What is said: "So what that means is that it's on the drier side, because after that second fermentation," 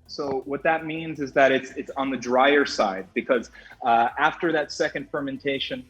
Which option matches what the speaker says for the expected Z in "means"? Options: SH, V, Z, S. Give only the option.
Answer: Z